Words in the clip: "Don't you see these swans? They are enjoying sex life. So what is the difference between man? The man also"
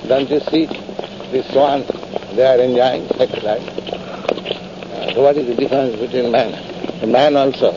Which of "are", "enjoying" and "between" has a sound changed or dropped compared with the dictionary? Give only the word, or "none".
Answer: none